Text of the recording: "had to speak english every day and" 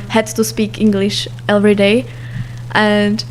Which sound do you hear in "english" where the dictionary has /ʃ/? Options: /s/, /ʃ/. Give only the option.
/ʃ/